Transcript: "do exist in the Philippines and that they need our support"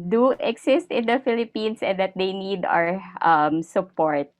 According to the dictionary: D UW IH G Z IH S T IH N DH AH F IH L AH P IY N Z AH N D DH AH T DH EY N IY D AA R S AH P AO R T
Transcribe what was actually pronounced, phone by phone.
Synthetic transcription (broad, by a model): D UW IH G S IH S T IH N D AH F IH L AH P IY N S AH N D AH T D EY N IY D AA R S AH P AO R T